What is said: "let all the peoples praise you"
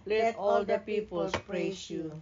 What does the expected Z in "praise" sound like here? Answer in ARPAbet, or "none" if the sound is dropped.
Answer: S